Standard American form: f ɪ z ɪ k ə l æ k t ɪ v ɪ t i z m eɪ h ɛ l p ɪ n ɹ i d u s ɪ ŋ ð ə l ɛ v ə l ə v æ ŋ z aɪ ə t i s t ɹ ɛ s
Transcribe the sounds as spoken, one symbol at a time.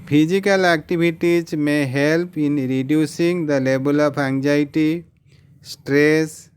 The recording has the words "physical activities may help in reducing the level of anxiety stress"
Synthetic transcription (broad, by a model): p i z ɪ k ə l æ k t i b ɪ t i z m eɪ h ɛ l p ɪ n ɹ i d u s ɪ ŋ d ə l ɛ b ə l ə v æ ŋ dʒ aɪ t i s t ɹ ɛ s